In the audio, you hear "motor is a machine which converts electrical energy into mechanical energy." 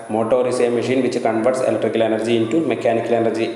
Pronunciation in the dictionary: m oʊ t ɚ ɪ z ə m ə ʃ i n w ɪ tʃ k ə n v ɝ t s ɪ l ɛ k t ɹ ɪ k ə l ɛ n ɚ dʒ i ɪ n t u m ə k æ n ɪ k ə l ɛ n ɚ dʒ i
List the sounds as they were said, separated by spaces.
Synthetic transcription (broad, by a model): m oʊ t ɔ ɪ s ə m ə ʃ i n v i tʃ k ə n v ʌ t s ɪ l ɛ k t ɹ ɪ k ə l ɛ n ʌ dʒ i n t u m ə k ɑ n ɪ k ə l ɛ n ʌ dʒ i